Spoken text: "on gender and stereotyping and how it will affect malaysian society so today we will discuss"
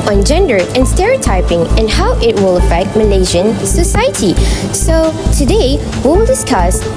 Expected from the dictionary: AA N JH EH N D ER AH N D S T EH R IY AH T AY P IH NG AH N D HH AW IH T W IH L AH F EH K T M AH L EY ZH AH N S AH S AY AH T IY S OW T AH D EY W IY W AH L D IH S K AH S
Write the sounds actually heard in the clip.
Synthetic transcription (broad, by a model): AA N JH EH N D ER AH N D S T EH R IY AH T AY P IH NG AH N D HH AW IH T W IH L AH F EH K T M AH N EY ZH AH N S AH S AY AH T IY S OW T AH D EY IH W AH L D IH S K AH S